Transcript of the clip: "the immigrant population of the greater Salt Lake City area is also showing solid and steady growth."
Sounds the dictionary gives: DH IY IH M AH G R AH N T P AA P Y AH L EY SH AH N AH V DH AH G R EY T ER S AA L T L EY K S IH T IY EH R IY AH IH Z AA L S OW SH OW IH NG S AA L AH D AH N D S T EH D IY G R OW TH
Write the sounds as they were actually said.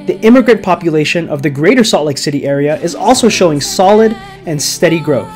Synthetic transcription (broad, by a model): DH IY IH M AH G R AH N P AA P Y AH L EY SH AH N AH V DH AH G R EY T ER S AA T L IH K S IH T IY EH R IY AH IH Z AA L S OW SH OW IH NG S AA L AH D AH N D S T EH D IY G R OW TH